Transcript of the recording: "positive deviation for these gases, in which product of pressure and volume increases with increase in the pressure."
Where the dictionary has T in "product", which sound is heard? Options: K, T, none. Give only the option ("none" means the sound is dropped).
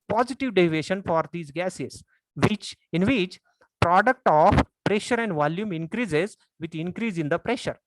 T